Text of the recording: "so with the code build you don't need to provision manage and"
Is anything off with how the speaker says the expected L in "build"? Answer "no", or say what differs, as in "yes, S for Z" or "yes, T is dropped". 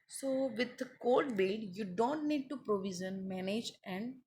yes, L is dropped